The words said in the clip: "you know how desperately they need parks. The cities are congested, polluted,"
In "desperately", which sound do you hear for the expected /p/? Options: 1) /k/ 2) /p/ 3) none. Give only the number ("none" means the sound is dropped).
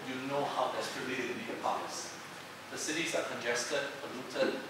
3